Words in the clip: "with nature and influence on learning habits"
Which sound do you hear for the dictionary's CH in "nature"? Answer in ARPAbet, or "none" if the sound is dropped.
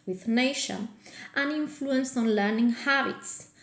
SH